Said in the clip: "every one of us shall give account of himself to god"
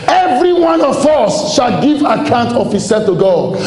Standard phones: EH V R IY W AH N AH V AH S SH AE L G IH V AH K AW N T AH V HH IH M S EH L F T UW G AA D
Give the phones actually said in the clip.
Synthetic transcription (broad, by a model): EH V R IY W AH N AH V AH S SH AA L G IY V AH K AW N T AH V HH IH S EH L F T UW G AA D